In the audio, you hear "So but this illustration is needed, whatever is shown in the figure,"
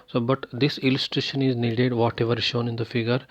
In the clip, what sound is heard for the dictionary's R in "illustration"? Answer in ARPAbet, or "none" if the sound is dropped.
R